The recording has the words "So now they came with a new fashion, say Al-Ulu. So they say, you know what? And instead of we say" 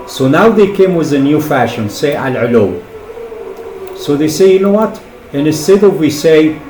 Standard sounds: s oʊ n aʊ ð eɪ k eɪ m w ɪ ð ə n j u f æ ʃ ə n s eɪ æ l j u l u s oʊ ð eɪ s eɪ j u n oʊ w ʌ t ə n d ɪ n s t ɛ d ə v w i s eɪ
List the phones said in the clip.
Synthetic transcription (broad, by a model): s oʊ n aʊ ð eɪ k eɪ m w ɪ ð ə n j u f æ ʃ ə n s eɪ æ l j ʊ l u s oʊ ð eɪ s eɪ j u n oʊ w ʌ t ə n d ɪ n s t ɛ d ə v w i s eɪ